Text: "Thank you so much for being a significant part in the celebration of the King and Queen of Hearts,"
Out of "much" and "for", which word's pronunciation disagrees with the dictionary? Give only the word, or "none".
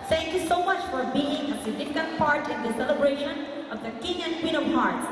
none